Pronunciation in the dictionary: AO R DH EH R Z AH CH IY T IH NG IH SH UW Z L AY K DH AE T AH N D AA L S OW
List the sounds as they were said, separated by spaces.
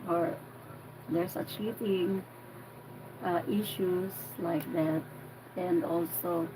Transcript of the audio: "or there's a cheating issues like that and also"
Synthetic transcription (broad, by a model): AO R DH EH R S AH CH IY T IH NG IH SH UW S L AY K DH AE T AH N D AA L S OW